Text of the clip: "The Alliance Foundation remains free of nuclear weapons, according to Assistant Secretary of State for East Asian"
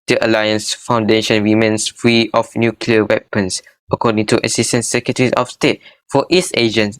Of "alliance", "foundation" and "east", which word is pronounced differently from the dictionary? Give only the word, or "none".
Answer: east